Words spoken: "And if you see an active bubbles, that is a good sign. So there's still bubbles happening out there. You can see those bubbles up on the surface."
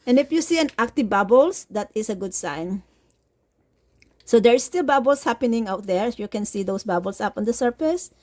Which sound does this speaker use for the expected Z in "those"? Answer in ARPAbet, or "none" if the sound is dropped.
S